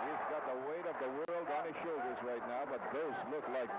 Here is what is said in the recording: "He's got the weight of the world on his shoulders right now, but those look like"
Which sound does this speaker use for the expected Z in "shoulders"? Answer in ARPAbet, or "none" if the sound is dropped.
Z